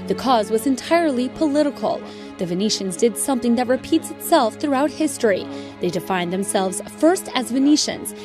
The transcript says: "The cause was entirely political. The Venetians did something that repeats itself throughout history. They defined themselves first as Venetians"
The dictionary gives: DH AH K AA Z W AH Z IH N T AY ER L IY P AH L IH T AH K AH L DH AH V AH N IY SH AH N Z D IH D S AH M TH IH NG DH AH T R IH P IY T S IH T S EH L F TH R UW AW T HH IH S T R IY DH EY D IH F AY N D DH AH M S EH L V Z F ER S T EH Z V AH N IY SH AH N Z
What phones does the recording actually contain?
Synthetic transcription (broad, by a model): DH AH K AA Z W AH Z IH N T AY ER L IY P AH L IH T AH K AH L DH AH V AH N IY SH AH N Z D IH D S AH M TH IH NG DH AH T R IH P IY T S IH T S EH L F TH R UW AW T HH IH S T R IY DH EY D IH F AY N DH AH M S EH L V Z F ER S T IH Z V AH N IY SH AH N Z